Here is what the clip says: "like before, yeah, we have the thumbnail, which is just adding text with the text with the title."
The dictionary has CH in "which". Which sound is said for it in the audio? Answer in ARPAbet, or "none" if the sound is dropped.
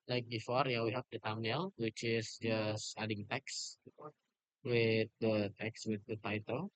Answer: CH